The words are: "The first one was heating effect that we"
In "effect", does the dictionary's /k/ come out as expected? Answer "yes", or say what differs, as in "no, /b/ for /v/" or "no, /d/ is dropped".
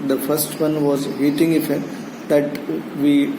no, /k/ is dropped